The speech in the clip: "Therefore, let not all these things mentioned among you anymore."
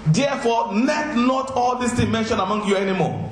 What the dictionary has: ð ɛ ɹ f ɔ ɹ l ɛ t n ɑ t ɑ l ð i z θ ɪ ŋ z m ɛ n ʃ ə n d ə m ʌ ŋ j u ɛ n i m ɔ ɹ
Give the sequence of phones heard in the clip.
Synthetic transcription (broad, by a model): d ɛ f ɔ l ɛ t n ɑ t ɑ l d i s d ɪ m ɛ n ʃ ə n ə m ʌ ŋ j u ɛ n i m ɔ